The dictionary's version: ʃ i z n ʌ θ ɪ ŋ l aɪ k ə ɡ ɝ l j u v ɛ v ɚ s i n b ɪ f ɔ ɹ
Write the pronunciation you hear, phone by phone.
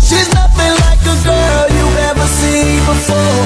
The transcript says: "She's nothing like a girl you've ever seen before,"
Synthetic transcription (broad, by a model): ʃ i z n ʌ θ ɪ ŋ l aɪ k ə ɡ ɝ l j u ɛ v ɚ s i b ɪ f ɔ ɹ